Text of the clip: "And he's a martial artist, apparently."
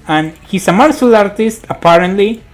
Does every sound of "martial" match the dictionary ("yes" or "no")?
no